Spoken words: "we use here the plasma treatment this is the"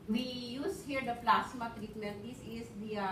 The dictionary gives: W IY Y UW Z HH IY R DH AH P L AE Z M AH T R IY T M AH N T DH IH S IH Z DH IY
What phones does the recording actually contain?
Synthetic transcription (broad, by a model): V IY Y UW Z HH IY R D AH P L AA S M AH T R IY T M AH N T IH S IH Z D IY